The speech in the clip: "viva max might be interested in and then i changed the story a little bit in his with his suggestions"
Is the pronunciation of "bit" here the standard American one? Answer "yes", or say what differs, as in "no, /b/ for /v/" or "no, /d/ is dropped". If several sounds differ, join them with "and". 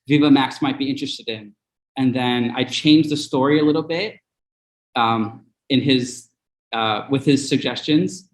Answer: yes